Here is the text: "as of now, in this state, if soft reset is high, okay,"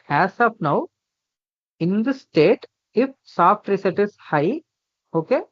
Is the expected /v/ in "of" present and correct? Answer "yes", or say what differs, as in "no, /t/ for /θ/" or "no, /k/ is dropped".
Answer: no, /p/ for /v/